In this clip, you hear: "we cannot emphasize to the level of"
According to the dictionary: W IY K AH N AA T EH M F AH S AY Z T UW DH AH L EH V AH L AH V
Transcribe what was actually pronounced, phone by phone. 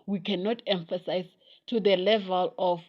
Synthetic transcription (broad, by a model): W IY K AH N AA T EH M F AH S AY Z T UW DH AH L EH V AH L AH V